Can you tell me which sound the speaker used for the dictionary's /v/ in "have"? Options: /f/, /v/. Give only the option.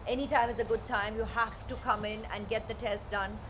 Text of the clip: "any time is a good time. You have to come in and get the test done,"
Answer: /f/